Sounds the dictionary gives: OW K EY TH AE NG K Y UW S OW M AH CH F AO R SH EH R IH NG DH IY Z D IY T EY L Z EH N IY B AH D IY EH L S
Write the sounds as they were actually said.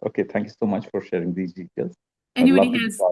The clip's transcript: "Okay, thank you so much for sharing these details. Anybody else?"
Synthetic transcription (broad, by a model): OW K EY T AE NG K Y UW S OW M AH CH F AO R SH EH R IH NG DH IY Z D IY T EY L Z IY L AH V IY